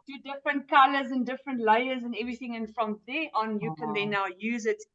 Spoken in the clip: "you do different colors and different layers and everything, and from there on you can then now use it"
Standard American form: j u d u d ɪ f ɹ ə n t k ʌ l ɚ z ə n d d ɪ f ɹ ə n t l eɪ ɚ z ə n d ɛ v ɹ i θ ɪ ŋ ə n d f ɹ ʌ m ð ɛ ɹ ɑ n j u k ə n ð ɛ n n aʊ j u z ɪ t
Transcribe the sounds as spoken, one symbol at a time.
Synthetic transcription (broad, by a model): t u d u d ɪ f ɹ ə n t k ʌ l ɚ z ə n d d ɪ f ɹ ə n t l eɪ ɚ z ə n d ɛ v ɹ i θ ɪ ŋ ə n f ɹ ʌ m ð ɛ ɑ n j u k ə n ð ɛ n n aʊ j u z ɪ t